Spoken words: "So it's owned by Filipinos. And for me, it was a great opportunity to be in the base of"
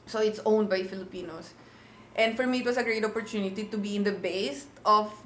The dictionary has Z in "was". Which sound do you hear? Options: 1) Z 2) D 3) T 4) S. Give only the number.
4